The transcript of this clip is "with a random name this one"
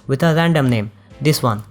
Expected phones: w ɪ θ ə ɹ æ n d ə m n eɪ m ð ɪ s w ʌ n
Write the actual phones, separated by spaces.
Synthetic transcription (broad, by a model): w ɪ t ə ɹ æ n d ə m n eɪ m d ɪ s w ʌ n